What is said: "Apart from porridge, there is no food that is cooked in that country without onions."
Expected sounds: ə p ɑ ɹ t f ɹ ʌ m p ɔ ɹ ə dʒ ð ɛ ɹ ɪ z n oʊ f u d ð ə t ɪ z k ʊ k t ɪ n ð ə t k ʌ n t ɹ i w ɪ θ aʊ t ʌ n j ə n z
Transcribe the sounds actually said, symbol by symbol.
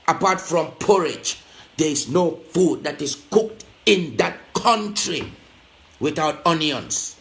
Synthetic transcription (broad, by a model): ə p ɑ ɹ t f ɹ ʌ m p ɔ ɹ ə dʒ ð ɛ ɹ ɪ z n oʊ f u d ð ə t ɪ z k ʊ k t ɪ n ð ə t k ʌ n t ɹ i w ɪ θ aʊ t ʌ n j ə n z